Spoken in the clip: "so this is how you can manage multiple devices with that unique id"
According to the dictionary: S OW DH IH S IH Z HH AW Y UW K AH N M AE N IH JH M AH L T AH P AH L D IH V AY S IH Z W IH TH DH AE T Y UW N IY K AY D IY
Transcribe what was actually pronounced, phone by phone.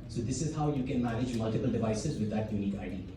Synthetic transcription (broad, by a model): S OW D IH S IH Z HH AW Y UW K AH N M AE N IH JH M AH L T AH P AH L D IH V AY S IH Z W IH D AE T Y UW N IY K AY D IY